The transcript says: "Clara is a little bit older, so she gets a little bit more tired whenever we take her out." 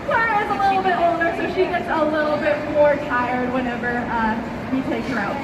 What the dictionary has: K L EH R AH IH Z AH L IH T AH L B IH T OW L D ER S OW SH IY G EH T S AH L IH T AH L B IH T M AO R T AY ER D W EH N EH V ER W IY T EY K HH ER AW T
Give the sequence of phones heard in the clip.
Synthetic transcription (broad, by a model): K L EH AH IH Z AH L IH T L B IH T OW N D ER S OW SH IY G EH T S AH L IH T L B IH T M AO R T AY ER D W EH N EH V ER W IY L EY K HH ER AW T